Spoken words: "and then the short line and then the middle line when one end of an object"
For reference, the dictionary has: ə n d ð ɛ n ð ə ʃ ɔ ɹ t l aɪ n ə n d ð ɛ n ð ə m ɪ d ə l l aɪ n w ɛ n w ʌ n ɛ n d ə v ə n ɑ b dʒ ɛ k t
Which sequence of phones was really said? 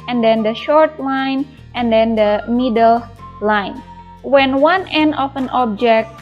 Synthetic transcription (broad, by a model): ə n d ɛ n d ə ʃ ɔ ɹ t l aɪ n ə n d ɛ n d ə m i d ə l l aɪ n w ɛ n w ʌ n ɛ n d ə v ə n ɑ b dʒ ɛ k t